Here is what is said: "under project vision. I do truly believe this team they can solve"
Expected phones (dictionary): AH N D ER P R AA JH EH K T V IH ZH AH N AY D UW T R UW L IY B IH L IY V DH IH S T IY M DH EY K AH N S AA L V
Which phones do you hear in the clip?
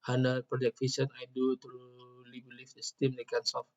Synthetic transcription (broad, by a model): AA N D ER P R AA JH EH K T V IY S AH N AY D UW T R UW L IY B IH L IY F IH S T IY M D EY K AH N S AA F